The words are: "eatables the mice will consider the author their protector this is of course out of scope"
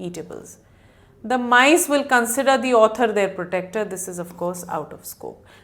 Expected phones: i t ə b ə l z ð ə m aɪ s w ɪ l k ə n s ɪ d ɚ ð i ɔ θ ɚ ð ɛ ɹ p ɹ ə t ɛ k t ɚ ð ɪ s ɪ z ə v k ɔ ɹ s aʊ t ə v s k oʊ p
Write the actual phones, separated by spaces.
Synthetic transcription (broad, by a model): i t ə b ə l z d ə m aɪ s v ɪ l k ə n s ɪ d ɚ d i ɔ t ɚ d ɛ ɹ p ɹ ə t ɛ k t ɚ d ɪ s ɪ z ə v k ɔ ɹ s aʊ t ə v s k oʊ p